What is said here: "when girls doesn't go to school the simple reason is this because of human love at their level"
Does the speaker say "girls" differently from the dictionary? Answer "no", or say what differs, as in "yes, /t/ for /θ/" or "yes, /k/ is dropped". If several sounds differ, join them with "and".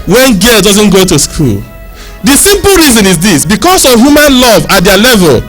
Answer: yes, /z/ is dropped